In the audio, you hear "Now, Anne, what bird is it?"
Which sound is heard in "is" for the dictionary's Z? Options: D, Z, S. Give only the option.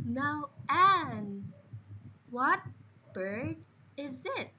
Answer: Z